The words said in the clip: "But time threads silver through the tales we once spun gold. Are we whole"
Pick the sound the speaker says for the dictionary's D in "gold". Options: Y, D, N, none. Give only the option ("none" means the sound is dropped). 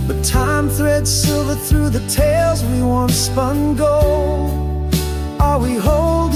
none